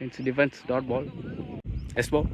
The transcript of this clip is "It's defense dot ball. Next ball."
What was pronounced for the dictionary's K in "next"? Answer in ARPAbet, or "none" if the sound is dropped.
none